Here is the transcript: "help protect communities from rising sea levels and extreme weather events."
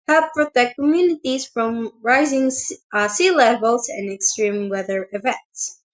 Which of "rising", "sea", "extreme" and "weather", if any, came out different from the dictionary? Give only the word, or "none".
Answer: none